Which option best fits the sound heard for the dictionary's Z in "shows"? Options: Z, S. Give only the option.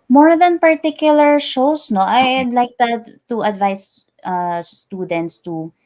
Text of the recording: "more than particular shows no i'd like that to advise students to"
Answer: S